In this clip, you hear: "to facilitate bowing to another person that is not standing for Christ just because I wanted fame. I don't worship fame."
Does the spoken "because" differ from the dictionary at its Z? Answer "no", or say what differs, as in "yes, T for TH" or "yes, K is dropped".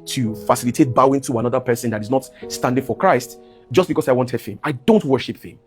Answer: yes, S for Z